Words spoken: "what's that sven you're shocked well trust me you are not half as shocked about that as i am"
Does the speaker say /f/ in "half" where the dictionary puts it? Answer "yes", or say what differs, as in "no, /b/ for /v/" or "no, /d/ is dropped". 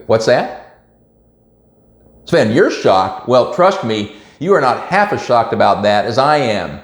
yes